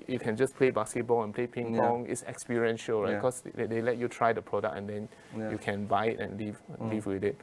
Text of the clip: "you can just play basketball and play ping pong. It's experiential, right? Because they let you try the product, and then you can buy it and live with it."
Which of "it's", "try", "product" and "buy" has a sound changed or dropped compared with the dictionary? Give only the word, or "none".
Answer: product